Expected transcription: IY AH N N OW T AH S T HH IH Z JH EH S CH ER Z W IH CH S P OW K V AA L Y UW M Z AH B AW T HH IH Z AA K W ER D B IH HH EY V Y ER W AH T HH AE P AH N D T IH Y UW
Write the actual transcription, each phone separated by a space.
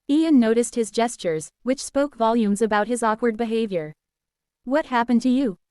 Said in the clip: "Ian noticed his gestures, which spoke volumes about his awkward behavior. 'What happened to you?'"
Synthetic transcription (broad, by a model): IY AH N N OW T AH S T HH IH Z JH EH S CH ER Z W IH CH S P OW K V AA L Y UW M Z AH B AW T HH IH Z AA K W ER D B IH HH EY V Y ER W AH T HH AE P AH N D T IH Y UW